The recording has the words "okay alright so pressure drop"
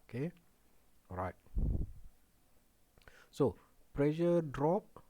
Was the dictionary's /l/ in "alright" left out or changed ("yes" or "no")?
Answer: yes